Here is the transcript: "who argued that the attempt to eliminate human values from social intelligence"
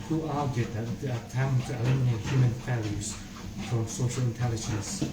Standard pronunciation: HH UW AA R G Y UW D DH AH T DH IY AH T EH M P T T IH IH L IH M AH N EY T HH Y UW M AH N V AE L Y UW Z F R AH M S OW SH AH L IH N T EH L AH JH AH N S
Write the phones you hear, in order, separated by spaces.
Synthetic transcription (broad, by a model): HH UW AA R G Y UW D DH AH T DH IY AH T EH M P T T IH IH L IH M AH N EY T HH Y UW M AH N F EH L Y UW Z F R AH M S OW SH AH L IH N T EH L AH JH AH N S